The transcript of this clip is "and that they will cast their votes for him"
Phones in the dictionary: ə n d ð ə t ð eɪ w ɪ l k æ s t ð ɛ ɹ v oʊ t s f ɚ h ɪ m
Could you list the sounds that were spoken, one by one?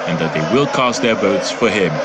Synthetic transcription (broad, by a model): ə n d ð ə t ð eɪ w ɪ l k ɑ s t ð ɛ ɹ b oʊ t s f ɚ h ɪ m